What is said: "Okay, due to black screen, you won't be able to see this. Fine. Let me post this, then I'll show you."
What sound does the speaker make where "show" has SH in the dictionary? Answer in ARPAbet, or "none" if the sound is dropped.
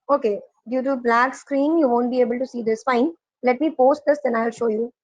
SH